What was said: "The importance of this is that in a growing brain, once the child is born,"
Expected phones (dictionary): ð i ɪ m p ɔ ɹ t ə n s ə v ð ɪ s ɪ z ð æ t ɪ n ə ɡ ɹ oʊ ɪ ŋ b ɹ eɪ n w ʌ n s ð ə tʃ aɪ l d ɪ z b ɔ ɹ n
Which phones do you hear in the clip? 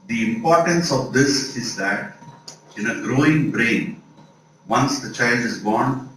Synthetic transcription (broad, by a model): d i ɪ m p ɔ ɹ t ə n s ə v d ɪ s ɪ z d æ t ɪ n ə ɡ ɹ oʊ ɪ ŋ b ɹ eɪ n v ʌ n s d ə tʃ aɪ l d ɪ z b ɔ ɹ n